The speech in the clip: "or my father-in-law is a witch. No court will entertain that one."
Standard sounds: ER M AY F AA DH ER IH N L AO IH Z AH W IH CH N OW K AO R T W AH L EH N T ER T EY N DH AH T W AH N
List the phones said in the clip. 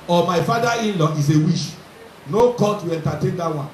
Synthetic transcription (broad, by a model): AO M AY F AA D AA IH N L AO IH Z AH W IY SH N OW K AO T W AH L EH N T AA T EY N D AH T W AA N